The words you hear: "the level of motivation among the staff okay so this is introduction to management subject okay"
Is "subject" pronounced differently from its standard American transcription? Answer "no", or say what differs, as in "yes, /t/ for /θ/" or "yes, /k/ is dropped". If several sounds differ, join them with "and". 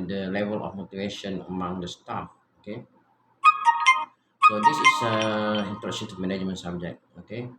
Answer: yes, /t/ is dropped